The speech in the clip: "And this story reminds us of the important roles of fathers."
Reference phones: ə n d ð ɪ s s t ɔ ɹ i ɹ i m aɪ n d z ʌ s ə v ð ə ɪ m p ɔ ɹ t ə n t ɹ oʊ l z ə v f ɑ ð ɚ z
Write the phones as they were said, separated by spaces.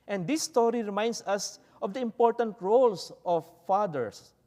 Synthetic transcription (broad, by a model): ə n d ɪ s s t ɔ ɹ i ɹ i m aɪ n d s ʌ s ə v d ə ɪ m p ɔ ɹ t ə n t ɹ oʊ l s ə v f ɑ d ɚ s